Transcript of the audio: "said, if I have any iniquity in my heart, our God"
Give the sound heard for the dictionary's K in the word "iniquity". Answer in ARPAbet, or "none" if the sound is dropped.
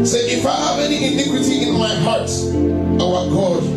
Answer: K